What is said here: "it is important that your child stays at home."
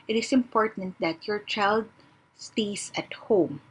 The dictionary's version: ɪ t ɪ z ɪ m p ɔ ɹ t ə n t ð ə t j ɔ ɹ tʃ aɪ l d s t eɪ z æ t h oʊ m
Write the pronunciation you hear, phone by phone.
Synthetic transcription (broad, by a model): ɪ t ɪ s ɪ m p ɔ ɹ t ə n t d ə t j ɔ ɹ tʃ aɪ l d s t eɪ s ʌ t h oʊ m